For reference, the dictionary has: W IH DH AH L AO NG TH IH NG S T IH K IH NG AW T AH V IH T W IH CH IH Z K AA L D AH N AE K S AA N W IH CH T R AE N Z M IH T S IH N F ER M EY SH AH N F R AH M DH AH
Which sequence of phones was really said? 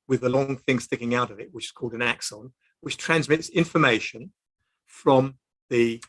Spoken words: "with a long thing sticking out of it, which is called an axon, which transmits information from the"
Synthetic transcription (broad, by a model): W IH DH AH L AO NG TH IH NG S T IH K IH NG AW T AH V IH T W IH CH IH Z K AA L D AH N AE K S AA N W IH CH T R AE N Z M IH T S IH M F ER M EY SH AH N F R AH M DH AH